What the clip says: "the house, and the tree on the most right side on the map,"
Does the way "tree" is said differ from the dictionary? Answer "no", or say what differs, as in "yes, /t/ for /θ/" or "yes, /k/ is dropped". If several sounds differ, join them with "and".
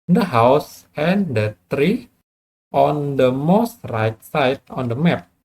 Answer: no